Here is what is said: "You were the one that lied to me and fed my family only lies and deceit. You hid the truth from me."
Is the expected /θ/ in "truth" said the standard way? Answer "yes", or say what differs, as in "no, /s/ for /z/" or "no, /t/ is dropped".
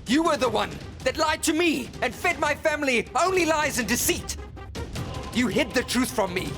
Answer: yes